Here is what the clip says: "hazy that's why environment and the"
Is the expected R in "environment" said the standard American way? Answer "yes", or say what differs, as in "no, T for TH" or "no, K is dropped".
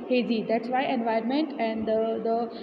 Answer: no, R is dropped